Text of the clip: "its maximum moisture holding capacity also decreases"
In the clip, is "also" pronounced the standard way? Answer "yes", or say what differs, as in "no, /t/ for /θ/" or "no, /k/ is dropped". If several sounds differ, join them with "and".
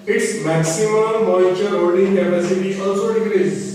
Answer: yes